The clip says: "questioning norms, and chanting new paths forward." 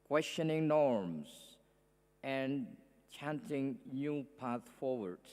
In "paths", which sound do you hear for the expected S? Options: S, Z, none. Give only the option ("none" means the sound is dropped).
none